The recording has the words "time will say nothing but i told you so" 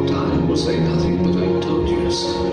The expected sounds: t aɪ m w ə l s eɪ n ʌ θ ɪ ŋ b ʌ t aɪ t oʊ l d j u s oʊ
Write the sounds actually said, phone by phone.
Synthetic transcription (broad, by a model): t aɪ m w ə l s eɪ n ʌ θ ɪ ŋ b ʌ t aɪ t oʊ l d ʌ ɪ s